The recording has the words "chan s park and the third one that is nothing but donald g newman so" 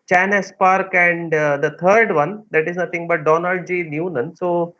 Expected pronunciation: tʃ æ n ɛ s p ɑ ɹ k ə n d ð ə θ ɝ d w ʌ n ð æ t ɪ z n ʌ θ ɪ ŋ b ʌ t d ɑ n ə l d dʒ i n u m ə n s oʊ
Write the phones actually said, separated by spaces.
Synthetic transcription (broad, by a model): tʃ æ n ɛ s p ɑ ɹ k ə n d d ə t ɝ d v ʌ n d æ t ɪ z n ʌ t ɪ ŋ b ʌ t d ɑ n ə l d dʒ i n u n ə n s oʊ